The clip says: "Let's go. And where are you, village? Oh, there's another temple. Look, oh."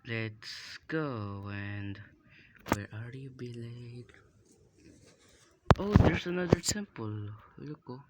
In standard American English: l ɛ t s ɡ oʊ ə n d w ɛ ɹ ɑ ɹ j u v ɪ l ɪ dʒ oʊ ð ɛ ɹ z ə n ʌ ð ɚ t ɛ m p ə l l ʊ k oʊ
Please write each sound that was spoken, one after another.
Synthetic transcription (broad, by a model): l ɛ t s ɡ oʊ ə n d w ɛ ɹ ɑ ɹ j u b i l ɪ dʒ oʊ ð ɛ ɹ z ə n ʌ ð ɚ s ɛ m p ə l l ʊ k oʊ